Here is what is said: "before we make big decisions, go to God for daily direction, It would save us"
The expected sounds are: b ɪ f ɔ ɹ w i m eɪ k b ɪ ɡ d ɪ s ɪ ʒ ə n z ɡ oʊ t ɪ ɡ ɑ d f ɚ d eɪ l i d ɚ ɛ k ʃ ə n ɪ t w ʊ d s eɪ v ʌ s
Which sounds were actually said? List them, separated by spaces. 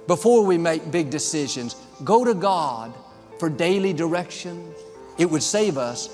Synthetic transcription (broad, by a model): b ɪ f ɔ ɹ w i m eɪ k b ɪ ɡ d ɪ s ɪ ʒ ə n z ɡ oʊ t ɪ ɡ ɑ d f ɚ d eɪ l i d ɚ ɛ k ʃ ə n ɪ t w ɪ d s eɪ v ʌ s